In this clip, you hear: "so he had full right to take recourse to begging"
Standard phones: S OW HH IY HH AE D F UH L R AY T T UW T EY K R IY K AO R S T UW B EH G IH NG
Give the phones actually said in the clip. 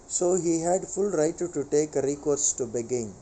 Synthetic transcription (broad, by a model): S OW HH IY HH AE D F UH L R AY T T UW T EY K R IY K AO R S T UW B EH G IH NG